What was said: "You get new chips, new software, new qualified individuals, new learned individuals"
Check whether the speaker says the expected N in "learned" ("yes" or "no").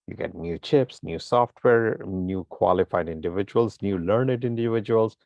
yes